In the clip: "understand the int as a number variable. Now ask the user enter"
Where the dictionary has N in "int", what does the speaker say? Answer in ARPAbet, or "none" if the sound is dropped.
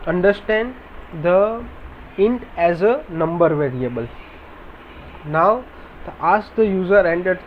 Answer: N